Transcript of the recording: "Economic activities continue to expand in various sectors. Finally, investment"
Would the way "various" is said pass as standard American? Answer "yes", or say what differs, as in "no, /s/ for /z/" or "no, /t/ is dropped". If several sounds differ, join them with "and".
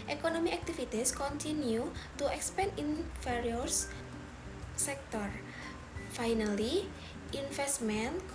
no, /f/ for /v/